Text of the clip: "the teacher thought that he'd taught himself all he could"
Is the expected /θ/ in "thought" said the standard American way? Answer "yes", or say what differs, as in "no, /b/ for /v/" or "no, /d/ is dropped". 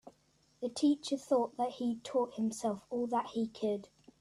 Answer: yes